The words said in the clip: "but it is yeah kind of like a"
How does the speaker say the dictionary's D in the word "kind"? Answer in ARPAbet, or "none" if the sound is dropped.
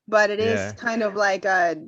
D